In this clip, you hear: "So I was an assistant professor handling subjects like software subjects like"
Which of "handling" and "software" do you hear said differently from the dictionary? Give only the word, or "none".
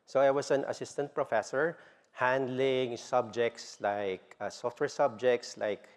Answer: none